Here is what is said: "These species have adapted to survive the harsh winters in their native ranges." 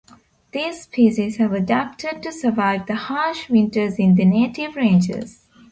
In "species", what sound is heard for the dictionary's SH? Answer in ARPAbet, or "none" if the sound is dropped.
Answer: S